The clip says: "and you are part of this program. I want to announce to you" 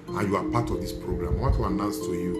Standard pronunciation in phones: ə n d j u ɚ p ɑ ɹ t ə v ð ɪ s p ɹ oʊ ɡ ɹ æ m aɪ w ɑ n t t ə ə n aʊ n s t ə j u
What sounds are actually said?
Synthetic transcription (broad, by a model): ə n j u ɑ p ɑ t ə v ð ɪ s p ɹ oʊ ɡ ɹ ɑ m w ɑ t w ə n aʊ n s t ə j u